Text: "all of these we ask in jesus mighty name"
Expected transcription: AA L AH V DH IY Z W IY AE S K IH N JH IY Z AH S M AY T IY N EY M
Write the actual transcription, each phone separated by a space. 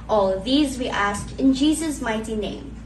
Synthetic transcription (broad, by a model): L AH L DH IY Z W IY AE S K IH N JH IY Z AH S M AY T IY N EY M